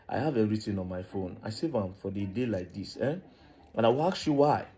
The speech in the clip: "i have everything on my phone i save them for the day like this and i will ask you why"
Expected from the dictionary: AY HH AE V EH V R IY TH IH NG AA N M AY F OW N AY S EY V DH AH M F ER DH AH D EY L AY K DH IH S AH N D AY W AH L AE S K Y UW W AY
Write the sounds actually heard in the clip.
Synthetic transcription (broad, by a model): AY HH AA V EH R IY T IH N AA N M AY F OW N AY S EY V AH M F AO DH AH D EY L AY K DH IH S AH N AY W AH L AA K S Y UW W AY